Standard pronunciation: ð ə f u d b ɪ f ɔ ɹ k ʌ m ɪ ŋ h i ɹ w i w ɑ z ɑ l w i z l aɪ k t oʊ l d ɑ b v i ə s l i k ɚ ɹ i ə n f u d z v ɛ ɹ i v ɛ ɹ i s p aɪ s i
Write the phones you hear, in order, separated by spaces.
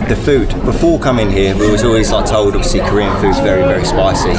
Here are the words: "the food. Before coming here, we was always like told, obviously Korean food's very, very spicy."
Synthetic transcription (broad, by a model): ð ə f u d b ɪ f ɔ k ʌ m ɪ ŋ h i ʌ w i w ɑ z ɑ l w i z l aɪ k t oʊ l d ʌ v s i k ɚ ɹ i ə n f u d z v ɛ ɹ i v ɛ ɹ i s p aɪ s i